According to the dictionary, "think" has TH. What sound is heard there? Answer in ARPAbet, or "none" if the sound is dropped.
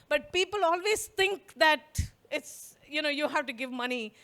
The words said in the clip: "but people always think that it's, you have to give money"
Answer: T